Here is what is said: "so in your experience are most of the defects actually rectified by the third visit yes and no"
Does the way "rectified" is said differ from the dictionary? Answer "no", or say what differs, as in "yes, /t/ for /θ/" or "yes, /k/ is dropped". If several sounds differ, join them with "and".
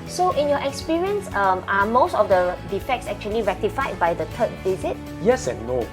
no